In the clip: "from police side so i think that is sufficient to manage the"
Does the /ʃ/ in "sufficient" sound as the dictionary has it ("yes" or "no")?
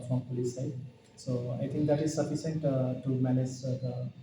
no